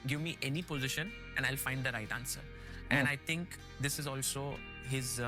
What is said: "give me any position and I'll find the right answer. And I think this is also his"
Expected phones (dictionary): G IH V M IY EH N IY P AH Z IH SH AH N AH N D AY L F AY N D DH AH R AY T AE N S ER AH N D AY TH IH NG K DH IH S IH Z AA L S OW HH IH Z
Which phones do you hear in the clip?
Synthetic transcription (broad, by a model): G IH V M IY EH N IY P AH Z IH SH AH N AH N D AY L F AY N D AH R AY T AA N S ER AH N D AY T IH NG K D IH S IH Z AA L S OW HH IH Z